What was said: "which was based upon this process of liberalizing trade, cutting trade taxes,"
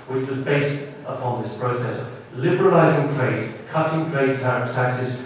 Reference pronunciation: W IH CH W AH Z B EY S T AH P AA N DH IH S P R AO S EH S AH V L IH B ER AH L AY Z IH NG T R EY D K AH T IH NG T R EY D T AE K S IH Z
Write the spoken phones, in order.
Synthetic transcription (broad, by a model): W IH CH W AH Z B EY S T AH P AA N DH IH S P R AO S EH S AH V L IH B ER AH L AY Z IH NG T R EY D K AH T IH NG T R EY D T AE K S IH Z